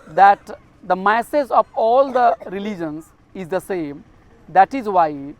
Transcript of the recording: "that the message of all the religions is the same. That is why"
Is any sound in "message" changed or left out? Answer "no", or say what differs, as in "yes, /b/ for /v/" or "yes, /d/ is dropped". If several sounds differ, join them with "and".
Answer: yes, /z/ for /dʒ/